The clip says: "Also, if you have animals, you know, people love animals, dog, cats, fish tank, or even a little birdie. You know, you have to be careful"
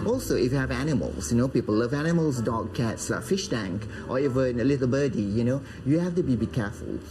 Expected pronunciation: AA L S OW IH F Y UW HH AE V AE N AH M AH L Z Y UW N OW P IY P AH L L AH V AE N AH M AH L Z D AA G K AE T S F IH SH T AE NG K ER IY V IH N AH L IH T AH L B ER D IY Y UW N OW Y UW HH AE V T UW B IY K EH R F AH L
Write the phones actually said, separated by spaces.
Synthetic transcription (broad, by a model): AA L S OW IH F Y UW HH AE V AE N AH M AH L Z Y UW N OW P IY P AH L L AH V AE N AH M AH L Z D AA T K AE T S F IH SH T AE NG K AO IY V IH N AH L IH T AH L B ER D IY Y UW N OW Y UW HH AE F T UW B IY K EH F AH L